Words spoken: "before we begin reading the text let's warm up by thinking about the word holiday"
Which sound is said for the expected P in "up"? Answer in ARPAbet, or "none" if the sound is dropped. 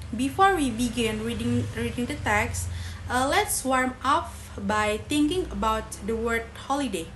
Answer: F